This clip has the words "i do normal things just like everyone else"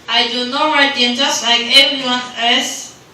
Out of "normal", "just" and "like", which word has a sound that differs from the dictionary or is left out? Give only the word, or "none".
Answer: normal